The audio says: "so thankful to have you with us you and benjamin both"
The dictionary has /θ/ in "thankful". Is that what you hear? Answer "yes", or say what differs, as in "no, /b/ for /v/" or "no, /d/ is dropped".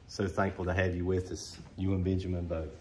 yes